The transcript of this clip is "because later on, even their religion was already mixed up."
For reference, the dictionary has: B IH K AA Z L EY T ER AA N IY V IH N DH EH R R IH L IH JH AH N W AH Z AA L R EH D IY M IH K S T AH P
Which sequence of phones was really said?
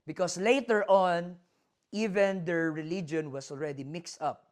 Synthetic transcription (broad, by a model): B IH K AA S L EY T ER AA N IY V IH N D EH R R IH L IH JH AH N W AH S AA L R EH D IY M IH K S T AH P